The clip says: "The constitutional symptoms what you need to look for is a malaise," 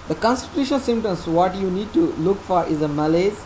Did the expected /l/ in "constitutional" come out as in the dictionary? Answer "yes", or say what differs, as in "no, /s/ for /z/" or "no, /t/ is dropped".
no, /n/ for /l/